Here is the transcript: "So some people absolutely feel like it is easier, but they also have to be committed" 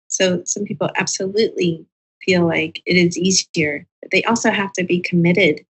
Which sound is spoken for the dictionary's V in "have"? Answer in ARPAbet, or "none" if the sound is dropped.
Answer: F